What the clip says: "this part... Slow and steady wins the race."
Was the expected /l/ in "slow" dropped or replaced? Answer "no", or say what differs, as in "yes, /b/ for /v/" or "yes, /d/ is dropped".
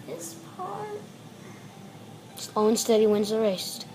yes, /l/ is dropped